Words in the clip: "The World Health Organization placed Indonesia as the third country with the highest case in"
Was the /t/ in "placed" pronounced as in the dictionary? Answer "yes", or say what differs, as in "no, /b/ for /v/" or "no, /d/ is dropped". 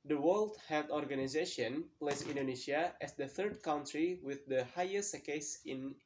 no, /t/ is dropped